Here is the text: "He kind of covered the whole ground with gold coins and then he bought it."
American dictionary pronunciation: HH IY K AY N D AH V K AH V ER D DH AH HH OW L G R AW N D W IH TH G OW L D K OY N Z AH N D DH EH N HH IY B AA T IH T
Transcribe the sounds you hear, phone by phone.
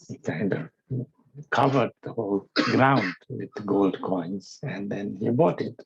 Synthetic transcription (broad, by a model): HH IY K AY N D AH V K AH V ER D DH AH HH OW L G R AW N D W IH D G OW L D K OY N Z AH N D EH N HH IY B AA T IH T